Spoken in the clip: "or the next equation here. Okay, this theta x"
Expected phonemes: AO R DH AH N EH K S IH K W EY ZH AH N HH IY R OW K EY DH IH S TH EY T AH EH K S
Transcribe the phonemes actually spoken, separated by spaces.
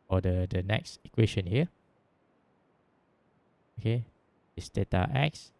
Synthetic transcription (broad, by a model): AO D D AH N EH K S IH K W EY SH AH N HH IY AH OW K EY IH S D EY T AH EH K S